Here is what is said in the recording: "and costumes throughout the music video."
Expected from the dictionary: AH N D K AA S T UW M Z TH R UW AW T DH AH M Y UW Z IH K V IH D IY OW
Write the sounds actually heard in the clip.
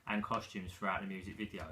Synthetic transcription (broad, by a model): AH N K AA S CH UW M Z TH R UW AW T DH AH M Y UW Z IH K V IH D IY OW